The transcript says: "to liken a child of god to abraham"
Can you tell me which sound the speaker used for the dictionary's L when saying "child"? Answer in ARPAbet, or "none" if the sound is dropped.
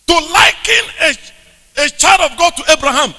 none